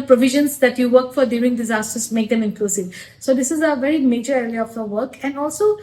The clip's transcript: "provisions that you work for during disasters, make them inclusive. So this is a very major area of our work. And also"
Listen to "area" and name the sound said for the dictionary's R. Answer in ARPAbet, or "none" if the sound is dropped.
L